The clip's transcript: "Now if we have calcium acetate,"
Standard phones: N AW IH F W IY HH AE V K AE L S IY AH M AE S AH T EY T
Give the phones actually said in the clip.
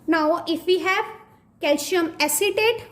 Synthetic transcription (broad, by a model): N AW IH F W IY HH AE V K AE L SH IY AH M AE S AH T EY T